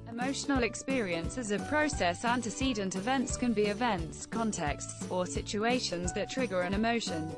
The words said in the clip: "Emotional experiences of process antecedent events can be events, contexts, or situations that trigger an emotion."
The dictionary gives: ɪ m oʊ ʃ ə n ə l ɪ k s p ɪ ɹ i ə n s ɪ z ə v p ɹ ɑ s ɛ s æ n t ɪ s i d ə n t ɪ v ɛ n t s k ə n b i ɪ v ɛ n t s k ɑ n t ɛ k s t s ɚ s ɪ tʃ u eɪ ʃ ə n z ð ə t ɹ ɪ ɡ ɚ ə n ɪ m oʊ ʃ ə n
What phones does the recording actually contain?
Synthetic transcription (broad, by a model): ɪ m oʊ ʃ ə n ə l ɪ k s p ɪ ɹ i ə n s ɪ z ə p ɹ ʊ s ɛ s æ n t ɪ s i d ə n t ɪ v ɛ n t s k ə n b i ɪ v ɛ n t s k ɑ n t ɛ k s t s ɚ s ɪ tʃ u eɪ ʃ ə n z ð ə t ɹ ɪ ɡ ɚ ə n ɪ m oʊ ʃ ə n